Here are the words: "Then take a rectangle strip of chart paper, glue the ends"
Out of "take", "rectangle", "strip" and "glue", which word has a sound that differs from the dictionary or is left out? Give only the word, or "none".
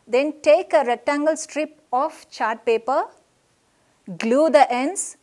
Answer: none